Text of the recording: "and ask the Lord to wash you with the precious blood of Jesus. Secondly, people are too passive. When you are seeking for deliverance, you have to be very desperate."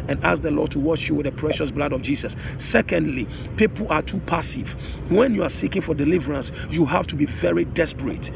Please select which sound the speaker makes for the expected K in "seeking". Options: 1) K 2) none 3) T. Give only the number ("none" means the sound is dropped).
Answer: 1